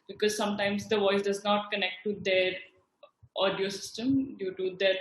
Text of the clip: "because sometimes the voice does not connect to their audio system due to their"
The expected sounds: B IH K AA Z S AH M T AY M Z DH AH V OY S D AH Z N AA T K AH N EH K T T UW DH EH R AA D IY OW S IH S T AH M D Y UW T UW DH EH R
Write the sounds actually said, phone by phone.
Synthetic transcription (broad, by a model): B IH K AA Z S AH M T AY M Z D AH V OY S D AH Z N AA T K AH N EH K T T UW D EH R AA D IY OW S IH S T AH M D Y UW T UW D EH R